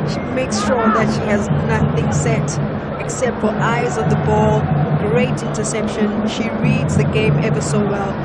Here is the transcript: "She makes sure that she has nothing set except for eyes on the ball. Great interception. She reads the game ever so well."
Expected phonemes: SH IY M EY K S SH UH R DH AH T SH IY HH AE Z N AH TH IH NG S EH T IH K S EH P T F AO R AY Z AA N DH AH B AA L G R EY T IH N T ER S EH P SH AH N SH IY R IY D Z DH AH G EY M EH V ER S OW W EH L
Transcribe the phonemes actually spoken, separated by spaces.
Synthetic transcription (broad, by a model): SH IY M EY K S SH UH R DH AH T SH IY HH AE Z N AH TH IH NG S EH T IH K S EH P T F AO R AY Z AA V DH AH B AA L G R EY T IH N T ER S EH P SH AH N SH IY R IY D Z DH AH G EY M EH V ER S OW W EH L